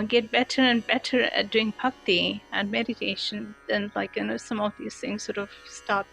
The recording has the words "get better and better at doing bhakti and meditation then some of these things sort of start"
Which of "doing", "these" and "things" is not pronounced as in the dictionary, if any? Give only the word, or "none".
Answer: none